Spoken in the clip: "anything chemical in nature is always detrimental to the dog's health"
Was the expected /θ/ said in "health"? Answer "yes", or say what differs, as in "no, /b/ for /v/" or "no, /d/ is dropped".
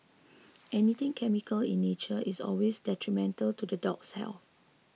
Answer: no, /f/ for /θ/